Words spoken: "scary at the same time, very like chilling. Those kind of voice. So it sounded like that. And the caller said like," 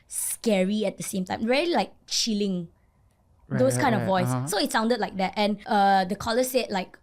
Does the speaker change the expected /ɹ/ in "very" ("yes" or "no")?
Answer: yes